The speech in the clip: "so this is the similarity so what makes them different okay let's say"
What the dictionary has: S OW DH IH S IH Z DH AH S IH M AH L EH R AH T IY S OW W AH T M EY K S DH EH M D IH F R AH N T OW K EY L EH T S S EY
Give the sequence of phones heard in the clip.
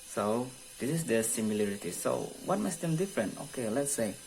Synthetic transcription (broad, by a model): S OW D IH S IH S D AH S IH M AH L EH R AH T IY S OW W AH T M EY S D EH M D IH F R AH N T OW K EY L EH T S S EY